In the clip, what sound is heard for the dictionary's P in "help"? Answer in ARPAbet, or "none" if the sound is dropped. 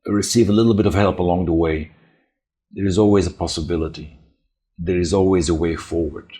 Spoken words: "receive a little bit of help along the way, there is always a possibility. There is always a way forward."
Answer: P